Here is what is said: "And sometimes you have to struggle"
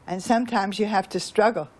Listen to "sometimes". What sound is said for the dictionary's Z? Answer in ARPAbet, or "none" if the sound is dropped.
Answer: Z